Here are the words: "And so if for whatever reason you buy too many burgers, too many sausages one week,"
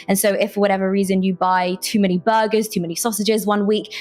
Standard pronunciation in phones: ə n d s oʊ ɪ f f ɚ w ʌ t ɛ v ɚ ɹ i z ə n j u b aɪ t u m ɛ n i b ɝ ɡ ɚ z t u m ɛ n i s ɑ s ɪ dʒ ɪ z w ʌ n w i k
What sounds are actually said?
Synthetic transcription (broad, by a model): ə n s oʊ ɪ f f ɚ w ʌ t ɛ v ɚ ɹ i z ə n j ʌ b aɪ t u m ɛ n i b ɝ ɡ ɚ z t u m ɛ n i s ɑ s ɪ dʒ ɪ z w ʌ n w i k